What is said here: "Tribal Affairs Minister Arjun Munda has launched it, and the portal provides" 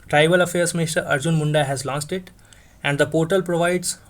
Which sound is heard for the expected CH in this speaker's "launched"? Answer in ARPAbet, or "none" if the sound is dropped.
S